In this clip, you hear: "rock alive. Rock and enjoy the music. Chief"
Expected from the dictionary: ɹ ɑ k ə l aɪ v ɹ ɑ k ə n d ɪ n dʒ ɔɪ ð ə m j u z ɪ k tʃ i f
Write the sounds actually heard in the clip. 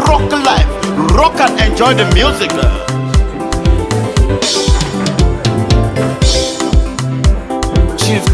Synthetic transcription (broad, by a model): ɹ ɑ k l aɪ f ɹ ɑ k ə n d ɪ n dʒ ɔɪ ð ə m j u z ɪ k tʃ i